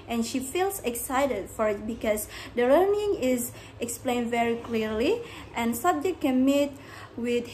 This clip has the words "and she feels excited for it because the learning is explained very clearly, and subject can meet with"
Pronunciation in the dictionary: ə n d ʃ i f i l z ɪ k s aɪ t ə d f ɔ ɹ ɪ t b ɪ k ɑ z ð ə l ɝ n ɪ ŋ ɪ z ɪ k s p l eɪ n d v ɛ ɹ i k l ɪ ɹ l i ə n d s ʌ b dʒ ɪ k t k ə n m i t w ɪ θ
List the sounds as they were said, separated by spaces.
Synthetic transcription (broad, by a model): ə n ʃ i f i l s ɪ k s aɪ t ə d f ɔ ɹ ɪ t b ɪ k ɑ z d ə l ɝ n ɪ ŋ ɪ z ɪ k s p l eɪ n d v ɛ ɹ i k l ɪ ɹ l i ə n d s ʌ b dʒ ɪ k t k ə n m i t w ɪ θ